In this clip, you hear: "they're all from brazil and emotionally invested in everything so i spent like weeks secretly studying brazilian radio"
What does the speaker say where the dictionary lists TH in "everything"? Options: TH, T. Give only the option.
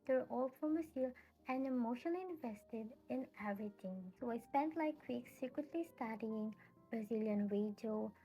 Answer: T